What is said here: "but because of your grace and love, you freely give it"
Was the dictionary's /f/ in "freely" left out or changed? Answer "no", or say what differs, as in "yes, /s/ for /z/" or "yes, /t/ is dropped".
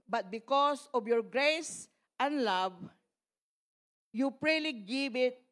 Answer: yes, /p/ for /f/